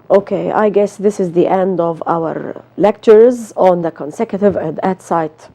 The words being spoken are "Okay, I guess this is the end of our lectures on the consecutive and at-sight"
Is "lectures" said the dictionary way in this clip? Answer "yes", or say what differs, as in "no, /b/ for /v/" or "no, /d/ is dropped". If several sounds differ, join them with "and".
yes